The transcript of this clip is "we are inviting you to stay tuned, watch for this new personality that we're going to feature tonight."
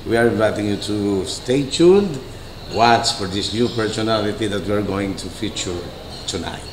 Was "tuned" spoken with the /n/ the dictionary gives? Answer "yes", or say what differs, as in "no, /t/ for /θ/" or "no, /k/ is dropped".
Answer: no, /l/ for /n/